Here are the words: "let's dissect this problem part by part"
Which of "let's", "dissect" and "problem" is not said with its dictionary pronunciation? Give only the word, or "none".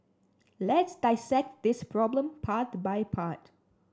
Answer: none